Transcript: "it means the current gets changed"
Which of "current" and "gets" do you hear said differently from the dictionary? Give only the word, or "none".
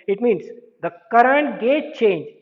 gets